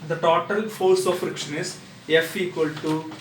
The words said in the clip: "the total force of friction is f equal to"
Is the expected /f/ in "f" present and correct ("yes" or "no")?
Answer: yes